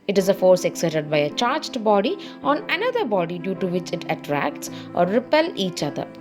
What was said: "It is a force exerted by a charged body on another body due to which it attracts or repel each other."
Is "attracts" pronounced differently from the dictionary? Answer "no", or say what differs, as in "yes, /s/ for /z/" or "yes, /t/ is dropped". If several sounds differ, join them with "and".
no